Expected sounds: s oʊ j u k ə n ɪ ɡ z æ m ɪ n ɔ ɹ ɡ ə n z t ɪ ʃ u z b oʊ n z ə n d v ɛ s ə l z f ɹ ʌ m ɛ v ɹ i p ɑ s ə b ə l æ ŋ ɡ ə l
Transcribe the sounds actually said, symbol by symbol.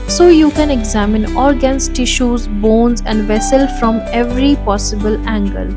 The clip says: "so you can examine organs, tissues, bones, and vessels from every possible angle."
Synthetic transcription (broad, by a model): s oʊ j u k ə n ɪ ɡ z æ m ɪ n ɔ ɹ ɡ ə n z t ɪ ʃ u z b oʊ n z ə n d v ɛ s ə l f ɹ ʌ m ɛ v ɹ i p ɑ s ə b ə l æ ŋ ɡ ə l